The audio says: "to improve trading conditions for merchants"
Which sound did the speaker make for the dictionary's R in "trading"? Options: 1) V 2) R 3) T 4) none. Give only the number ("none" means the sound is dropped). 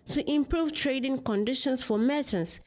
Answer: 2